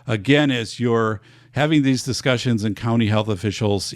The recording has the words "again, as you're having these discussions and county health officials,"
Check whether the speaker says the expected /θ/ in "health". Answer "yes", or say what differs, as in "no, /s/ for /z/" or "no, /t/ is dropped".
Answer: yes